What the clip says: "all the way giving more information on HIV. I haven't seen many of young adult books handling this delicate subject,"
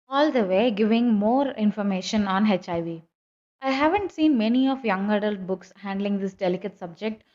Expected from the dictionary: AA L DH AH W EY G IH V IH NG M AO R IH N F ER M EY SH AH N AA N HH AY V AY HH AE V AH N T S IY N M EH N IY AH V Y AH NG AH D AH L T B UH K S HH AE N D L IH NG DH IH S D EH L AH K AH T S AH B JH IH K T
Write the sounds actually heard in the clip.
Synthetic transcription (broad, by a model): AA L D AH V EY G IH V IH NG M AO R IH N F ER M EY SH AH N AA N HH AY V AY HH AE V AH N T S IY N M EH N IY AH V Y AH NG AH D AH L T B UH K S HH AE N D L IH NG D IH S D EH L AH K AH T S AH B JH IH K T